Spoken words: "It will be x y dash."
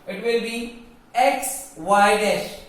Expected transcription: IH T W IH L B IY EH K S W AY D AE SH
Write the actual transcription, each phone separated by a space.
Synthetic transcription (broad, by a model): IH T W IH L B IY EH K S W AY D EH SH